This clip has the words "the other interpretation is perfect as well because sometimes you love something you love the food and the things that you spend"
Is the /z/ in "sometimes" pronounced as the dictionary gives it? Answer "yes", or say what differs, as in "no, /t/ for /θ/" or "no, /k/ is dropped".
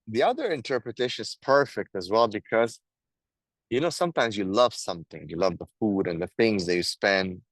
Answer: yes